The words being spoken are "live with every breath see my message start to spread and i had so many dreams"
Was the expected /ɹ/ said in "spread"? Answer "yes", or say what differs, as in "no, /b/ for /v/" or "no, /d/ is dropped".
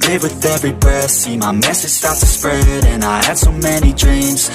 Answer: yes